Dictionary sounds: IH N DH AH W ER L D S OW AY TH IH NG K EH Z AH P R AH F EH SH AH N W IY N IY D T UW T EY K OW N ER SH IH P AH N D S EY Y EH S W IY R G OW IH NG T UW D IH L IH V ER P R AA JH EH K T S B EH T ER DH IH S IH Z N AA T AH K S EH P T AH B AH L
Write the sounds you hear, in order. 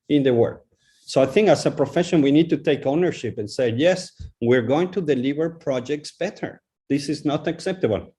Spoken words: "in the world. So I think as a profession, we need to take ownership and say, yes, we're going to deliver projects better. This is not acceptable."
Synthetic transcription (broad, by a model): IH N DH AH W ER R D S OW AY TH IH NG K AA S AH P R AH F EH SH AH N W IY N IY D T UW T EY K OW N ER SH IH P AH N S EY Y EH S W IY R G OW IH NG T UW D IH L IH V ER P R AA JH EH K T S B EH T ER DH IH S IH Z N AA T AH K S EH P T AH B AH L